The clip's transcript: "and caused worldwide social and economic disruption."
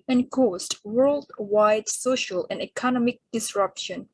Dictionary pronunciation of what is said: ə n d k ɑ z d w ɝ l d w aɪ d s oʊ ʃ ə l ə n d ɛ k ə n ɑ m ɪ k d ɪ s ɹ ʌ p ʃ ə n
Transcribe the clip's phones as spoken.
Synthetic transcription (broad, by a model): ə n k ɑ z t w ɝ l d w aɪ d s oʊ ʃ ə l ə n d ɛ k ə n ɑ m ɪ k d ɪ s ɹ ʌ p ʃ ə n